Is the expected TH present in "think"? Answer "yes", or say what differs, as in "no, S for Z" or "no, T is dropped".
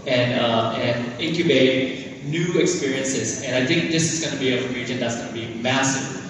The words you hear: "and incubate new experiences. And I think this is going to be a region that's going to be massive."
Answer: yes